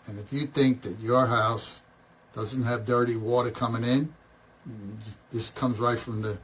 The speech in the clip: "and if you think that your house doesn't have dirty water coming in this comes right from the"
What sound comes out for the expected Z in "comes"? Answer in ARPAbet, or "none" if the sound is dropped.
Z